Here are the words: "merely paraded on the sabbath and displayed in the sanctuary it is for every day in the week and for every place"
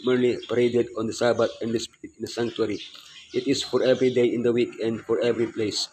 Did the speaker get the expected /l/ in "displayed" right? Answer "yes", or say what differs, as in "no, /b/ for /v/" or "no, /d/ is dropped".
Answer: no, /l/ is dropped